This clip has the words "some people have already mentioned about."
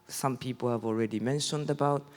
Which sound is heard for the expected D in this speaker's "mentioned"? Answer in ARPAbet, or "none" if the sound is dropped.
D